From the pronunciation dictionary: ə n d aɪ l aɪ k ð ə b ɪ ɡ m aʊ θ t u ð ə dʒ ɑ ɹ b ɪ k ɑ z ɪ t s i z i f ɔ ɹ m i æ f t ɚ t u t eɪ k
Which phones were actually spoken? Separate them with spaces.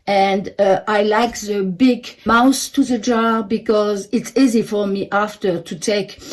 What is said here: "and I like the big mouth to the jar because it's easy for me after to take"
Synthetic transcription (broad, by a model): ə n d aɪ l aɪ k ð ə b ɪ ɡ m aʊ s t u ð ə dʒ ɑ ɹ b ɪ k ɑ z ɪ t s i z i f ɔ ɹ m i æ f t ɚ t u t eɪ k